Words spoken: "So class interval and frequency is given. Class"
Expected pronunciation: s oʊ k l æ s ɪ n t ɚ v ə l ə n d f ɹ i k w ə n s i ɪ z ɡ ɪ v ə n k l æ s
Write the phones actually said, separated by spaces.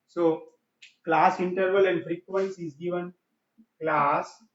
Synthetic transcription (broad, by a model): s oʊ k l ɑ s ɪ n t ɚ v ə l ə n d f ɹ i k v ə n s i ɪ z ɡ ɪ v ə n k l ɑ s